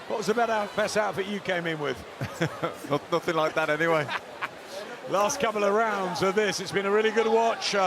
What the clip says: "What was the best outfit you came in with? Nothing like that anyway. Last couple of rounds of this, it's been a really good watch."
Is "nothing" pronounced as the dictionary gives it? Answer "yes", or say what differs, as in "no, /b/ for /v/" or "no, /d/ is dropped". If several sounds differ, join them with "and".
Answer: yes